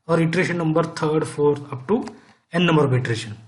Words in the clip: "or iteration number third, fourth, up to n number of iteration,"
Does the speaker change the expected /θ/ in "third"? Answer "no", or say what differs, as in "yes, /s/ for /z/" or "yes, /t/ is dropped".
yes, /t/ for /θ/